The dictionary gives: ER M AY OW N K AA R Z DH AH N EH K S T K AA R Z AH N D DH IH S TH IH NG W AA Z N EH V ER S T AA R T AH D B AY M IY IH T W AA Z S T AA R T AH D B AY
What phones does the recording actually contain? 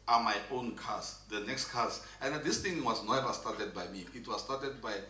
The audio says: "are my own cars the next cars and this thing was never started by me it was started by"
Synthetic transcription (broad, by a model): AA M AY OW N K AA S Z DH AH N EH K S T K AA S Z AH N D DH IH S T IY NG W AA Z N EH V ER S T AA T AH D B AY M IY IH T W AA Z S T AA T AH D B AY